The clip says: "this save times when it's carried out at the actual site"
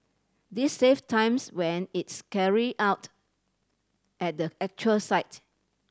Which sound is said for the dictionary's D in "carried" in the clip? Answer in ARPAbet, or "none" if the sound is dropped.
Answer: none